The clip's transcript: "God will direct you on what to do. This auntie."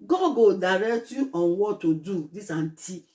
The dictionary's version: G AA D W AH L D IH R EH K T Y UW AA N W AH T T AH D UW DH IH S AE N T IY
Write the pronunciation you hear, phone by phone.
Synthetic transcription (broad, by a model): G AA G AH D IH R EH T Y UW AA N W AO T T AH D UW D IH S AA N T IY